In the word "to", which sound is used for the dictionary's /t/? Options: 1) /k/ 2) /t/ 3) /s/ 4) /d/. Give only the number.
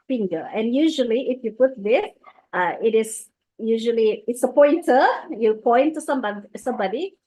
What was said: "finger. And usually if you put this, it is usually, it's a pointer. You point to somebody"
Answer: 3